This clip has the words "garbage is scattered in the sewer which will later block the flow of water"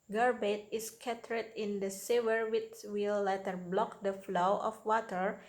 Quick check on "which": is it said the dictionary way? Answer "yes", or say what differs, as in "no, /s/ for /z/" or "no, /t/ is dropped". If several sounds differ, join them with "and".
no, /s/ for /tʃ/